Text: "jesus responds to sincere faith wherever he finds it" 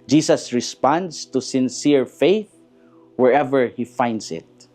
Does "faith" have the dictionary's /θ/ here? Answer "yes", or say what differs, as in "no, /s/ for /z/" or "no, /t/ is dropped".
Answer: yes